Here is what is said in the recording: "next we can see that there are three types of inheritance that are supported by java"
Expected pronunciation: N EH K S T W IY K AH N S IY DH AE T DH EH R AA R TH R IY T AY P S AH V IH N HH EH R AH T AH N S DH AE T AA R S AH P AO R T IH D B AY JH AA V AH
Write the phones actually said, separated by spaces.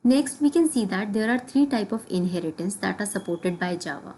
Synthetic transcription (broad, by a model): N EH K S T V IY K AH N S IY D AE T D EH R AA R T R IY T AY P AH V IH N HH EH R AH T AH N S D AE T AA R S AH P AO R T IH D B AY JH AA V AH